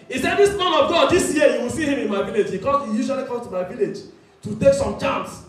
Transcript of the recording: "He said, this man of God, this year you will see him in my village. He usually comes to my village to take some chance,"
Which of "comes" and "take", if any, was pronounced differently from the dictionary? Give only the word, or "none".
comes